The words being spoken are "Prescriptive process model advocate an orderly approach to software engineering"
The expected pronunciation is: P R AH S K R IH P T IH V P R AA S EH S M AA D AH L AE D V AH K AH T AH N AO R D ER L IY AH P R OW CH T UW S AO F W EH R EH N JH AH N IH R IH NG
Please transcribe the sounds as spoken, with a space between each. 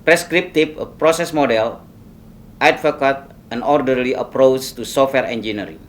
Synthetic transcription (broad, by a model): P R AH S K R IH P T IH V P R AA S EH S M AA D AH L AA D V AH K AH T AH N AO R D ER L IY AH P R OW CH T UW S AO F W EH R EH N JH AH N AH R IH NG